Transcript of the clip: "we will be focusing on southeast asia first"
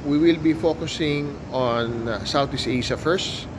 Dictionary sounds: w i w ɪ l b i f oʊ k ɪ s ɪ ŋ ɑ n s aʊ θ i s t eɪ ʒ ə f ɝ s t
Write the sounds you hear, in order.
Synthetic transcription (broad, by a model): w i w ɪ l b i f oʊ k ɪ s ɪ ŋ ɑ n s aʊ t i s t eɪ s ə f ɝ s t